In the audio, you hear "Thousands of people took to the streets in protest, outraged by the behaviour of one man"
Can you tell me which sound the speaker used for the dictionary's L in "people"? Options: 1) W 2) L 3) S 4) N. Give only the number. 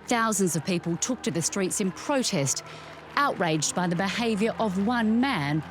2